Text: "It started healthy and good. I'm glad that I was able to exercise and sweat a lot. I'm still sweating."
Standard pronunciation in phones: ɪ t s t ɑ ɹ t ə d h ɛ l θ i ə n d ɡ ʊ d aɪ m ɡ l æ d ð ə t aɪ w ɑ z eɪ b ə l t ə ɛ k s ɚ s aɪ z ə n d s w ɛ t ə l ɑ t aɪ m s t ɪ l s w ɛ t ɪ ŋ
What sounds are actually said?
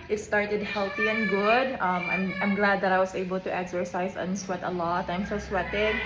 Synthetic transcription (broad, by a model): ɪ t s t ɑ ɹ t ə d h ɛ l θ i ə n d ɡ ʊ d aɪ m ɡ l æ d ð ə t aɪ w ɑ s eɪ b ə l t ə ɛ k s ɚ s aɪ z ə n s w ɛ t ə l ɑ t aɪ m s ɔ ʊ s w ɛ t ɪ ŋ